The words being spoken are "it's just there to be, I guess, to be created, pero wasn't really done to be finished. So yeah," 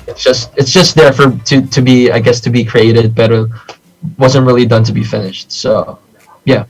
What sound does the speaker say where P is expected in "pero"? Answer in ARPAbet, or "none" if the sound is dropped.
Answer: B